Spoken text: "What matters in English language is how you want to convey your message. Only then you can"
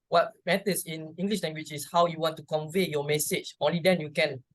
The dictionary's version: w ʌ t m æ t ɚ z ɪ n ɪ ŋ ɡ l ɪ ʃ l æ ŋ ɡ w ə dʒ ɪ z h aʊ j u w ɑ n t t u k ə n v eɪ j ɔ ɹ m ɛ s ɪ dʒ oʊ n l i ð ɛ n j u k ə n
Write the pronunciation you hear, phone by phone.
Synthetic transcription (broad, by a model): w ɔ t m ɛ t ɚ s ɪ n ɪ ŋ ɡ l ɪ ʃ l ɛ ŋ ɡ w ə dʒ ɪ s h aʊ j u w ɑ n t t u k ə n v eɪ j ɔ m ɛ s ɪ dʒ oʊ n l i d ɛ n j u k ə n